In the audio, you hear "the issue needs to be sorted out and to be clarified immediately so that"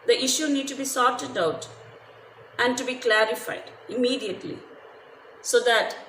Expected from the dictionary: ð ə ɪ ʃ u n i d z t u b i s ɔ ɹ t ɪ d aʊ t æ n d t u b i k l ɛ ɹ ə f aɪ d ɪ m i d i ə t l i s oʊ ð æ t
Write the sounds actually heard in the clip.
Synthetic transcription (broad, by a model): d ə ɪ ʃ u n i d t u b i s ɔ ɹ t ɪ d aʊ t æ n d t u b i k l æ ɹ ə f aɪ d ɪ m i d i ə t l i s oʊ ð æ t